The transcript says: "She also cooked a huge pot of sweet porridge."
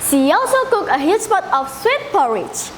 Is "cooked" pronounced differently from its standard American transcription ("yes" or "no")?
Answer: yes